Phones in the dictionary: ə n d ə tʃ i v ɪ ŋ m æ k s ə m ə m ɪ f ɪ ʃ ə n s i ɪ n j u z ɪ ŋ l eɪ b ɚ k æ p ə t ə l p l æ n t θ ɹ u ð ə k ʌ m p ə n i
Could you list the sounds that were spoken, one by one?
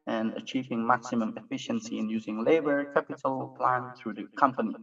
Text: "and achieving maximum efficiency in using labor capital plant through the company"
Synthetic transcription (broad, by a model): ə n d ə tʃ i v ɪ ŋ m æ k s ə m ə m ɪ f ɪ ʃ ə n s i ɪ n j u z ɪ ŋ l eɪ b ɚ k æ p ə t ə l p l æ n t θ ɹ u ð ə k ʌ m p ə n i